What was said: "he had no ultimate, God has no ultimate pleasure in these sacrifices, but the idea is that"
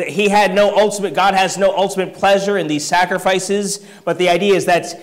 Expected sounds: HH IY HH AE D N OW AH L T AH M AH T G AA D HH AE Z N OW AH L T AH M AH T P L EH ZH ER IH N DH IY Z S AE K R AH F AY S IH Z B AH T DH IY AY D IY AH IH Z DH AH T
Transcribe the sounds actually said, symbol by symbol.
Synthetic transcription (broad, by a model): HH IY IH D N OW AH L T AH M AH T G AA D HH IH Z N OW AH L T AH M AH T P L EH ZH ER IH N DH IY Z S AE K R AH F AY S IH Z B AH T DH IY AY D IY AH IH Z DH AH T